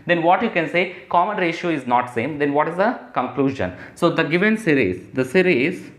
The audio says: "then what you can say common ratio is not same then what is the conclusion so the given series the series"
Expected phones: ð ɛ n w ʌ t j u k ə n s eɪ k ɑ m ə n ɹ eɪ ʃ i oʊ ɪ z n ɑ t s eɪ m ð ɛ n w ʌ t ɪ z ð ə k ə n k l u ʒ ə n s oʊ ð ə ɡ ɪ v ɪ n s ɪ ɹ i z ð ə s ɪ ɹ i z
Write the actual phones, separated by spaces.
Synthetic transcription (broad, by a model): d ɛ n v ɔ t j u k ə n s eɪ k ɑ m ə n ɹ eɪ ʃ i oʊ ɪ z n ɑ t s eɪ m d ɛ n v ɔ t ɪ z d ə k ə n k l u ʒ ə n s oʊ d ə ɡ ɪ v ɪ n s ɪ ɹ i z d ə s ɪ ɹ i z